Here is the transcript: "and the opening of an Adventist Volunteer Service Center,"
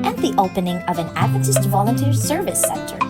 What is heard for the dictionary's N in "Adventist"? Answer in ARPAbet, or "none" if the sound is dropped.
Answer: none